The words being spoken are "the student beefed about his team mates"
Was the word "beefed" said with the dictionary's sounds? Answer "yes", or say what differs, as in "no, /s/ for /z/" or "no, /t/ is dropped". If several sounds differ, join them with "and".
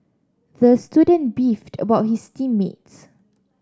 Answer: yes